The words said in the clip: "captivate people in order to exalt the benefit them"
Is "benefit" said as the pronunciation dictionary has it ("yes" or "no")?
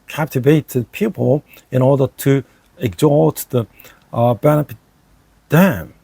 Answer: no